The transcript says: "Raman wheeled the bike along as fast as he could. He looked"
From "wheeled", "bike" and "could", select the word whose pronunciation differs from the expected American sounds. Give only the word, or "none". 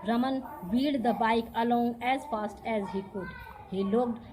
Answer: wheeled